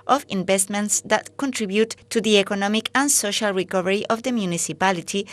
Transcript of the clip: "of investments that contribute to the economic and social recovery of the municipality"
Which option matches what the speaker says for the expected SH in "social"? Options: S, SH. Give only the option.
SH